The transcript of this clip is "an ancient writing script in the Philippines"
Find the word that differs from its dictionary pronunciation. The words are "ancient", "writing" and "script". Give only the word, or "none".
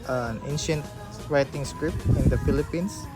script